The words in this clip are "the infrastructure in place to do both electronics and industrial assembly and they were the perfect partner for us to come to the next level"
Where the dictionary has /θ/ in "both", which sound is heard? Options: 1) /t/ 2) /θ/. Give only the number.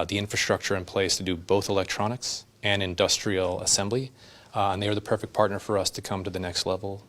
2